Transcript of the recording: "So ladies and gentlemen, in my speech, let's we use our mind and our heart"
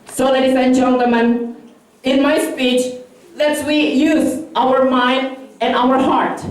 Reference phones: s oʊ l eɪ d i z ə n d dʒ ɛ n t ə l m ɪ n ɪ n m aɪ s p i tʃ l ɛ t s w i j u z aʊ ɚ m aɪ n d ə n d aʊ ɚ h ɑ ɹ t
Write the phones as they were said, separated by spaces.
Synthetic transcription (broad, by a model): s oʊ l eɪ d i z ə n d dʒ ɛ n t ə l m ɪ n ɪ n m aɪ s p i tʃ l ɛ t s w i j u z aʊ ɚ m aɪ n d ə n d aʊ ɚ h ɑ ɹ t